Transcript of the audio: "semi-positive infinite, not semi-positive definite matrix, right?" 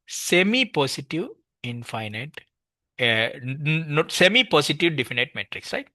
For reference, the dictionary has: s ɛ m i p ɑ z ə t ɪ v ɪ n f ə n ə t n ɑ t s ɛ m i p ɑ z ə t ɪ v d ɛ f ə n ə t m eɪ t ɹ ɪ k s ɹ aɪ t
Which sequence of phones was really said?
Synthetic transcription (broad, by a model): s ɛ m i p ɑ s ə t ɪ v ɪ n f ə n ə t n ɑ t s ɛ m i p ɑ s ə t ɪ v d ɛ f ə n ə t m eɪ t ɹ ɪ k s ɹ aɪ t